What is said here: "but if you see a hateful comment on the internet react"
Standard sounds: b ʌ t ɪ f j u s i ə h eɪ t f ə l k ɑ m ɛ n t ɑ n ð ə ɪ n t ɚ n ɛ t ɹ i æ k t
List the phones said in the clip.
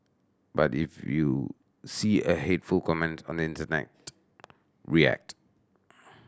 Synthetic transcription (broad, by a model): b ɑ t ɪ f j u s i ə h eɪ t f ə l k ɑ m ɛ n t ɑ n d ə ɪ n t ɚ n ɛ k ɹ i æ k t